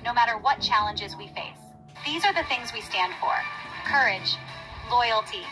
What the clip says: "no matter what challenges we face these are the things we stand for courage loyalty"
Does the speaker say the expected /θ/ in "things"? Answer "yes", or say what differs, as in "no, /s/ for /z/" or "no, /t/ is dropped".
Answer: yes